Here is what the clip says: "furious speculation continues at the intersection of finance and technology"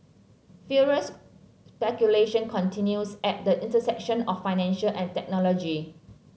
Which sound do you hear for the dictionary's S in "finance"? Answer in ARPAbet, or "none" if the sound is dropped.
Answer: SH